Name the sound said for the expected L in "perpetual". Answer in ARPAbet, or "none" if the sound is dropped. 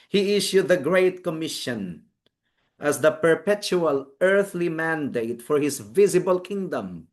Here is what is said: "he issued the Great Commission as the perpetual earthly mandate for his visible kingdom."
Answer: L